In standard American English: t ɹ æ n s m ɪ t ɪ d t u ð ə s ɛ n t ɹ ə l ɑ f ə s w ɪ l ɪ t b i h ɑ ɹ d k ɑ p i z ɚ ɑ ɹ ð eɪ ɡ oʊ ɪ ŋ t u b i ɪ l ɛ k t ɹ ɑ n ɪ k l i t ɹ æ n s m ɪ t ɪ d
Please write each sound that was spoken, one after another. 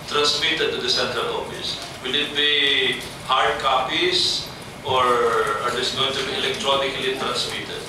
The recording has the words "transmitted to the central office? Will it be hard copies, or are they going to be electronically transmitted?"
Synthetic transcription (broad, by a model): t ɹ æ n s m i t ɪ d t u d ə s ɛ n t ə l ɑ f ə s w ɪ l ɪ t b i h ɑ ɹ d k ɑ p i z ɑ ɹ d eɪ ɡ oʊ ɪ ŋ t u b i ɪ l ɛ k t ɹ ɑ n ɪ k l i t ɹ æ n s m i t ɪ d